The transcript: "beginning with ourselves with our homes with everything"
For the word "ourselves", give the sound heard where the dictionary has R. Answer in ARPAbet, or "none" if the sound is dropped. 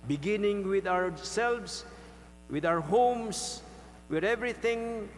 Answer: W